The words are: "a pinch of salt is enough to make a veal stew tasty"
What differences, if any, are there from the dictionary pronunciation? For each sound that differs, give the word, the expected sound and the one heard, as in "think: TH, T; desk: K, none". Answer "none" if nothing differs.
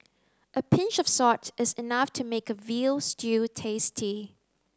salt: L, none